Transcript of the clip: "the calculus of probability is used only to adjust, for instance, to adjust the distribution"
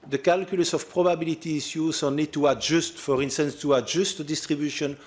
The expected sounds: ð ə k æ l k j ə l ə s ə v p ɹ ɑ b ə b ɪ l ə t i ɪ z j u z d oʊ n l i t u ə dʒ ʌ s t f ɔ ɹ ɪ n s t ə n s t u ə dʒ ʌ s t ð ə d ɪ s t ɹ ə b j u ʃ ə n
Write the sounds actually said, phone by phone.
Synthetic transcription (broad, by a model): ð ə k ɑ l k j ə l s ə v p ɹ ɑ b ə b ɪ l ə t i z j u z oʊ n i t u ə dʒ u s t f ɔ ɹ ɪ n s t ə n s t u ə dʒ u s t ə d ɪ s t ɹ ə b j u ʃ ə n